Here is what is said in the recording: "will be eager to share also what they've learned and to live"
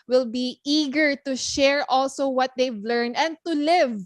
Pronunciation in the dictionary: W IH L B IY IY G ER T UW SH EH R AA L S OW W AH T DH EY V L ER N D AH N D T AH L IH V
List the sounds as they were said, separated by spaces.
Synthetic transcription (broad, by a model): W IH L B IY IY G ER T UW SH EH R AA L S OW W AH T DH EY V L ER N AH N D T AH L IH V